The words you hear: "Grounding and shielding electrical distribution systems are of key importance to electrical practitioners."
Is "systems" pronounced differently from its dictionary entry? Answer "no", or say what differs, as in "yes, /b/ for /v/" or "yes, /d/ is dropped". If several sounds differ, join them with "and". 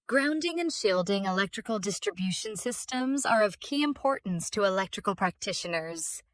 no